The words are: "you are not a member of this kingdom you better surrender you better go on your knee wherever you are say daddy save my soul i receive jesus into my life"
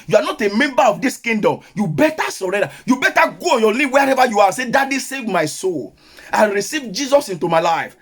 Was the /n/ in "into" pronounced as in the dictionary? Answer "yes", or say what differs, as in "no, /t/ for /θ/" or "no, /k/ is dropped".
yes